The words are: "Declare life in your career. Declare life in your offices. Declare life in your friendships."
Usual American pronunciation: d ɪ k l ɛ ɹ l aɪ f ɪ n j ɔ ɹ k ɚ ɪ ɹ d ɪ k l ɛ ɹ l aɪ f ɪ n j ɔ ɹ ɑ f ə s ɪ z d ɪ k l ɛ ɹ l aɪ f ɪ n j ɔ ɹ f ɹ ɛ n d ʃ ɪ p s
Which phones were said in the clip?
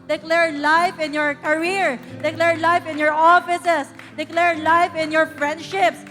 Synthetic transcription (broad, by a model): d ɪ k l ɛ ɹ l aɪ f ɪ n j ɔ ɹ k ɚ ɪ ɹ d ɪ k l ɛ ɹ l aɪ f ɪ n j ɔ ɹ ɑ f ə s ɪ s d ɪ k l ɛ ɹ l aɪ f ɪ n j ɔ ɹ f ɹ ɛ n d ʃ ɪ p s